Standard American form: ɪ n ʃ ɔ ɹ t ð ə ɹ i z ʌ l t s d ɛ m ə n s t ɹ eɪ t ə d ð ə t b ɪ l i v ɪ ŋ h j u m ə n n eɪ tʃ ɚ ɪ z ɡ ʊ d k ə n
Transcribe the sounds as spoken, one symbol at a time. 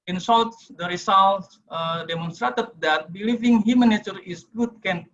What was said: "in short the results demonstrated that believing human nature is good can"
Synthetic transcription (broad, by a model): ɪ n s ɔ l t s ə ɹ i s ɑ l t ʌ d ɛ m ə n s t ɹ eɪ t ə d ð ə t b ɪ l i v ɪ ŋ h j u m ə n n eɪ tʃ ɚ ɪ s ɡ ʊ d k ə n